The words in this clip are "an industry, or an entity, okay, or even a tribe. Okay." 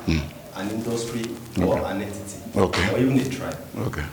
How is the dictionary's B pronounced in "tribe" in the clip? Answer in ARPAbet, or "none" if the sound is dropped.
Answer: none